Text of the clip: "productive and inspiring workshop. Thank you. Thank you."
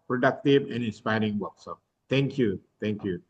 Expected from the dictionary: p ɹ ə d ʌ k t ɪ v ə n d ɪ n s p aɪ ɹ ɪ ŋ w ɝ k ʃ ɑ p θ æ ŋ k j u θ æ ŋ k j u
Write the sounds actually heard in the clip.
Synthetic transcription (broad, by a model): p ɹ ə d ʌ k t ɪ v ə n ɪ n s p aɪ ɹ ɪ ŋ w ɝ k s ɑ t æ ŋ k j u t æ ŋ k j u